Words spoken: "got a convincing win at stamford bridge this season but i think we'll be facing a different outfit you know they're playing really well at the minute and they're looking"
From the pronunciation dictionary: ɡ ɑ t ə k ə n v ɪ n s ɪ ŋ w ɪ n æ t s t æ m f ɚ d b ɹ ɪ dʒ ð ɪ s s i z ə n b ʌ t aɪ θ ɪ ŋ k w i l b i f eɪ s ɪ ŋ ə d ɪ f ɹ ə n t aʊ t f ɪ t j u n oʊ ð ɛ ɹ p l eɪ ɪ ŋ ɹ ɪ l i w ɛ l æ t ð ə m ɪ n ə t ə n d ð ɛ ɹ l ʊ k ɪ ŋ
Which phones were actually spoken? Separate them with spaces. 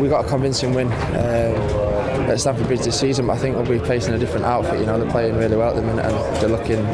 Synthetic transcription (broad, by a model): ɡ ɑ t ə k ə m v ɪ n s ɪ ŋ w ɪ n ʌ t s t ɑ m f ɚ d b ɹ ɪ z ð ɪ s s i z ə n b ʌ t aɪ θ ɪ ŋ k w i l b i p eɪ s ɪ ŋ ə d ɪ f ɹ ə n t aʊ t f ɪ t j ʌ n oʊ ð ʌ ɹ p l eɪ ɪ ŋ ɹ ɪ l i w ɛ l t ð ə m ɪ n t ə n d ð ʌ l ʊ k ɪ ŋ